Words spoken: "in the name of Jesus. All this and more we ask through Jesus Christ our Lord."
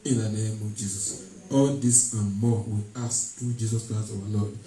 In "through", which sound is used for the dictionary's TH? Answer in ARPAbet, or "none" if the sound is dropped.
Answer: T